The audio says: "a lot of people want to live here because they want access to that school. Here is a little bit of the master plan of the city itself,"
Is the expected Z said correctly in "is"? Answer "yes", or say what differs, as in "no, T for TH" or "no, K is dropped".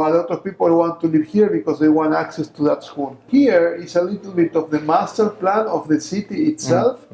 no, S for Z